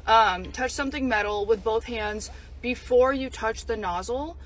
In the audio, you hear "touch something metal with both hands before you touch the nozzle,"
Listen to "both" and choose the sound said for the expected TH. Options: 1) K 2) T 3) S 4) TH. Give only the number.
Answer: 4